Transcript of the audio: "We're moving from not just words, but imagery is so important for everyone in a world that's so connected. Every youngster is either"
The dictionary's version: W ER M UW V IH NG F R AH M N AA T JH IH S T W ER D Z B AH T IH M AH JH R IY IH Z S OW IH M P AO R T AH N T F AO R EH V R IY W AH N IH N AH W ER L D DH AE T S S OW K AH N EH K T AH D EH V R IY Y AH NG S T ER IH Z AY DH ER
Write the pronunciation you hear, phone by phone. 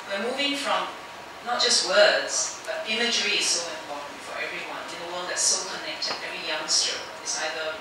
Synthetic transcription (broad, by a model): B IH M UW V IH NG F R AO M N AA T JH IH S T W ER D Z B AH T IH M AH JH R IY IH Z S OW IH M P AO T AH N T F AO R EH V R IY W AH N IH N AH W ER N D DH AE T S S OW K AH N EH K T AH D EH V R IY Y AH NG S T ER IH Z AY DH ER